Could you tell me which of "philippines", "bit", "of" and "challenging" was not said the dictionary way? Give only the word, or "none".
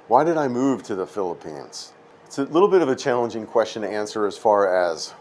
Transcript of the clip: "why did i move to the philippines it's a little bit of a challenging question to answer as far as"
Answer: none